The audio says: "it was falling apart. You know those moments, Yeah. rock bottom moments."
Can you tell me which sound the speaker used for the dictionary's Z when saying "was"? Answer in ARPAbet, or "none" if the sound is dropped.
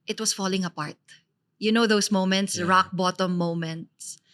S